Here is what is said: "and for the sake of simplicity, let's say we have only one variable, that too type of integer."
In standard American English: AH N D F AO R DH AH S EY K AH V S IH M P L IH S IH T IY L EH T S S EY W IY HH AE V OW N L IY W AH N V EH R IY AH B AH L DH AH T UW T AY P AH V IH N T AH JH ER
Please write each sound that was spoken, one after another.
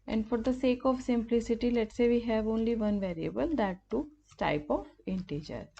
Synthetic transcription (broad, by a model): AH N D F AO R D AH S EY K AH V S IH M P L IH S IH T IY L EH T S S EY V IY HH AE V OW N L IY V AH N V EH R IY AH B AH L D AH T UW T AY P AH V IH N T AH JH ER